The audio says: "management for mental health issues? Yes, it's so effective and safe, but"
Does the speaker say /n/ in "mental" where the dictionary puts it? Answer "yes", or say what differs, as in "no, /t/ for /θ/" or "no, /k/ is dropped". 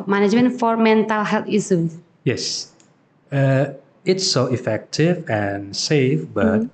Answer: yes